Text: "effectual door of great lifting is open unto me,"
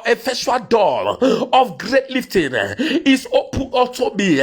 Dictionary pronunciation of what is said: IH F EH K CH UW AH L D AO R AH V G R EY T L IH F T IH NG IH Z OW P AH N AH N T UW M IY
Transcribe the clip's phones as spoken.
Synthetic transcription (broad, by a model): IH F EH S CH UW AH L D AO L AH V G R EY T L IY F T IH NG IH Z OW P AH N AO L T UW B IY